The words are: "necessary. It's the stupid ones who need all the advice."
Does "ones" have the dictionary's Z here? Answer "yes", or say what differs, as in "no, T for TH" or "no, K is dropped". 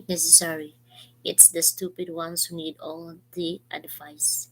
no, S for Z